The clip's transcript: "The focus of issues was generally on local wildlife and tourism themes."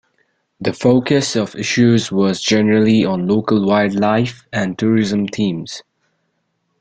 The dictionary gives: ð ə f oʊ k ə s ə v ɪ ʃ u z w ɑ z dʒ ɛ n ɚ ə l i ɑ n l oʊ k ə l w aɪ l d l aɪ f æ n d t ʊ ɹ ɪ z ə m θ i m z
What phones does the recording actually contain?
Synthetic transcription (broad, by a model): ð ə f oʊ k ə s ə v ɪ ʃ u z w ɑ z dʒ ɛ n ɚ ə l i ɑ n l oʊ k ə l w aɪ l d l aɪ f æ n t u ɹ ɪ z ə m t i m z